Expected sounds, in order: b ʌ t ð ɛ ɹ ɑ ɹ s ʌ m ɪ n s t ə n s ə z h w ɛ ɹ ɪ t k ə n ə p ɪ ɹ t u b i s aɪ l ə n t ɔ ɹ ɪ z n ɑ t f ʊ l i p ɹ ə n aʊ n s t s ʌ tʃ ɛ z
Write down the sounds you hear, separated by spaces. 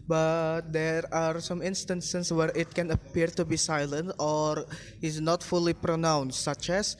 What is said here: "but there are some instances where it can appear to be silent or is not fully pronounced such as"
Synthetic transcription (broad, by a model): b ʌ t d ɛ ɹ ɑ ɹ s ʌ m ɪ n s t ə n s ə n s w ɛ ɹ ɪ t k ə n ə p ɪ ɹ t u b i s aɪ l ə n t ɔ ɹ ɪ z n ɑ t f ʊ l i p ɹ ə n aʊ n s t s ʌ tʃ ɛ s